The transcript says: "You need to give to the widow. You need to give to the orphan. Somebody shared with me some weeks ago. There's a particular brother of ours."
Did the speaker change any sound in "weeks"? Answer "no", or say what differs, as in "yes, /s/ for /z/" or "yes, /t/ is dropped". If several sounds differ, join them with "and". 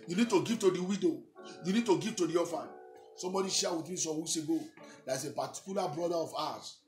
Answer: yes, /k/ is dropped